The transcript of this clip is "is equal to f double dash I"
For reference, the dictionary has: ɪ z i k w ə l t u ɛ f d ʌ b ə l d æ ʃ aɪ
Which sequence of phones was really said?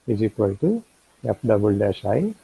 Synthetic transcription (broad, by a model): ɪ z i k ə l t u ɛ p d ʌ b ə l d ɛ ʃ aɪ